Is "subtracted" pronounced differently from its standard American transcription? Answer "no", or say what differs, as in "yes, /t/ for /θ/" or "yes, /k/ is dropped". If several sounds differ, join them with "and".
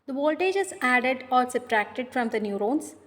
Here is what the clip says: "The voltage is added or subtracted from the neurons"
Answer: yes, /b/ is dropped